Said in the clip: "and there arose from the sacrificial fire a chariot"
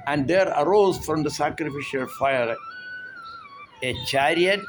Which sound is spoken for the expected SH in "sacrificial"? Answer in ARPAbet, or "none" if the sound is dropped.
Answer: SH